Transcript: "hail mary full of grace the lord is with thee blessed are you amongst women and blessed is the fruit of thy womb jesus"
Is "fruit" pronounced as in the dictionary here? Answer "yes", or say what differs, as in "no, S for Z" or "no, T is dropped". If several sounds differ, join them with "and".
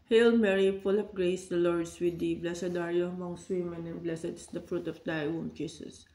yes